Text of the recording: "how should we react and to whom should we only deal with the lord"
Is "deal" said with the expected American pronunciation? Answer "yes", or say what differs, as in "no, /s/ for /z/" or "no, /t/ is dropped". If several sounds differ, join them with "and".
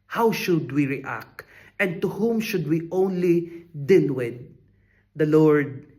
no, /n/ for /l/